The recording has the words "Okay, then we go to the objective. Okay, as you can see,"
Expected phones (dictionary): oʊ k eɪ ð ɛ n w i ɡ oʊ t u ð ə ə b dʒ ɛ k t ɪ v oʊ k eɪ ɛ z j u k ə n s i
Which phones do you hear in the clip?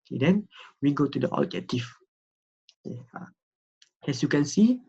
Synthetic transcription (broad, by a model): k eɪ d ɛ n w i ɡ oʊ t u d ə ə dʒ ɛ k t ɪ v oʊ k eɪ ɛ s j u k ə n s i